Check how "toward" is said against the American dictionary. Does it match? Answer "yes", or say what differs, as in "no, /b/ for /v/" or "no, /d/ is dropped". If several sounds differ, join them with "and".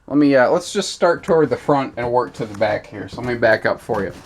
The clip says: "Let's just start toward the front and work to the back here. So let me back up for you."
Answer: yes